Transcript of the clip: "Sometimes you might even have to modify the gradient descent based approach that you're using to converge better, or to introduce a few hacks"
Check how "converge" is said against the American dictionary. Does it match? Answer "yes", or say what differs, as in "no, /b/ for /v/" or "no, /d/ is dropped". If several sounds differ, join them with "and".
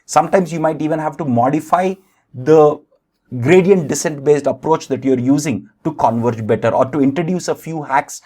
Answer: yes